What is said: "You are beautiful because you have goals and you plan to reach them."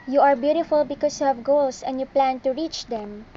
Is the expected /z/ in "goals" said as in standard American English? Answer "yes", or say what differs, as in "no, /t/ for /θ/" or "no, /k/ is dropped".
no, /s/ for /z/